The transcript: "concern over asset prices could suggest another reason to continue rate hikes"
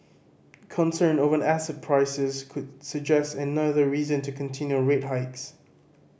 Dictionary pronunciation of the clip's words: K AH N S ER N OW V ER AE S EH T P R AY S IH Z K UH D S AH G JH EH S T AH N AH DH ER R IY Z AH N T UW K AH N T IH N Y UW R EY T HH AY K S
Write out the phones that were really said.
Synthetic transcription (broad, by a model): K AH N S ER N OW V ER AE S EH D P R AY S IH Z K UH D S AH G JH EH S T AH N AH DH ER R IY Z AH N T UW K AH N T IH N Y UW R EY T HH AY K S